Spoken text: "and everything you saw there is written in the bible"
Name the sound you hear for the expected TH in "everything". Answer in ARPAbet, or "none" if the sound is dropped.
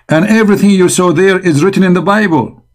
TH